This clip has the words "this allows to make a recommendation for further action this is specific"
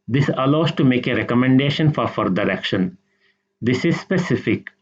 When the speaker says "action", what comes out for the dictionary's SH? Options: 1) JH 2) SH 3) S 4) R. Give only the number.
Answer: 2